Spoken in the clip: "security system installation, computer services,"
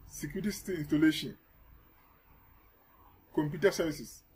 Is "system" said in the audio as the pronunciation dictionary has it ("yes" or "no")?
no